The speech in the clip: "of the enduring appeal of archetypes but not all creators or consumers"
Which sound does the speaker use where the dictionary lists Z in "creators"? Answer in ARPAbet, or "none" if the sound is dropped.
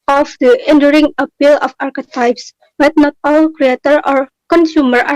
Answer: none